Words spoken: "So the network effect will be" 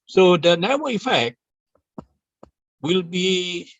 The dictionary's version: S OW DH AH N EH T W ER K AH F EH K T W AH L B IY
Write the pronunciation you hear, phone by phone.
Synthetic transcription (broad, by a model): S OW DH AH N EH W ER AH F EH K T W AH L B IY